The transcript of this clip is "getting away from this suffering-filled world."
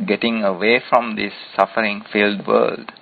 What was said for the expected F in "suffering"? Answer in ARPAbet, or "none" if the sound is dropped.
F